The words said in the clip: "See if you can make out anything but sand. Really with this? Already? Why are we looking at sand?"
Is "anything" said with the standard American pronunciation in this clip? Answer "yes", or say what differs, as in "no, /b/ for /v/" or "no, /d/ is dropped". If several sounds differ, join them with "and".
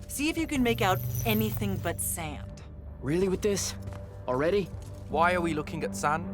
yes